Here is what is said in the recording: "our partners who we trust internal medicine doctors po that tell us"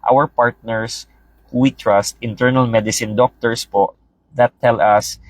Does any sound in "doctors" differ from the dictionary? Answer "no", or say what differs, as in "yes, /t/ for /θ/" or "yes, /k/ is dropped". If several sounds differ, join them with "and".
yes, /s/ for /z/